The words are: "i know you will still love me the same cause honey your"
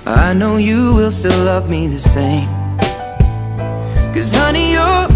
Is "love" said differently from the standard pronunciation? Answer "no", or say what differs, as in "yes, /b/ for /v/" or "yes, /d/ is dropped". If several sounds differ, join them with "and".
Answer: no